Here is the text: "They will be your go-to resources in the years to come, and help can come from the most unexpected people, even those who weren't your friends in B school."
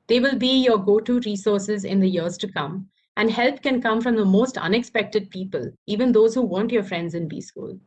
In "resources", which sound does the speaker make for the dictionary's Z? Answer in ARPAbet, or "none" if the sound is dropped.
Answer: Z